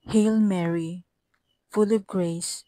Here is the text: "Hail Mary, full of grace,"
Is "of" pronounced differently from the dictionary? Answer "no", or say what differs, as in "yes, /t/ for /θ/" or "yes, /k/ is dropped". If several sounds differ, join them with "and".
yes, /p/ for /v/